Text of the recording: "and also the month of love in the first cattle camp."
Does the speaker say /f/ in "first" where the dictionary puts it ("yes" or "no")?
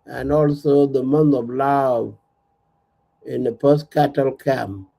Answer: no